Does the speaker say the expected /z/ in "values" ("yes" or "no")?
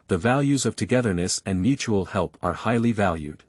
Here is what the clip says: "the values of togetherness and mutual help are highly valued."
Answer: yes